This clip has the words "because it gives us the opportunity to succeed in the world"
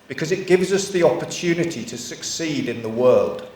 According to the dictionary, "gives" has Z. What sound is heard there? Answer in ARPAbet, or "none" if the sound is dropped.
Z